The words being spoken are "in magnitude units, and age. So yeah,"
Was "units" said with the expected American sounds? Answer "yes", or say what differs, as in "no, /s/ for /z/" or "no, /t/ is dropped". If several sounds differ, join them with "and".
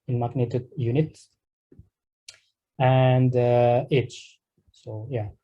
no, /s/ is dropped